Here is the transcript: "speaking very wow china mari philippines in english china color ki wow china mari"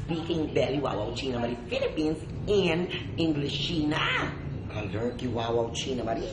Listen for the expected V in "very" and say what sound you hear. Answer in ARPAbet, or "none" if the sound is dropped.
B